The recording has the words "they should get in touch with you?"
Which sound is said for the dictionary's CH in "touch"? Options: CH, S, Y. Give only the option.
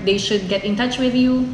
CH